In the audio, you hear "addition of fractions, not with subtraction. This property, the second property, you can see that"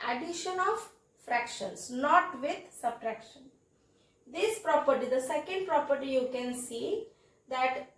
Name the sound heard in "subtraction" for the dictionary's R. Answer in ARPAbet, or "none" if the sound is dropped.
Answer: R